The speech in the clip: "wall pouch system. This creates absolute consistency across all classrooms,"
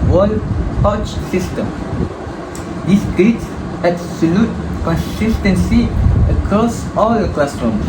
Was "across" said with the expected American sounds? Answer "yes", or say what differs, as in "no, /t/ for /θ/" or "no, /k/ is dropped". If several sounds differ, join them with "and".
no, /ɹ/ is dropped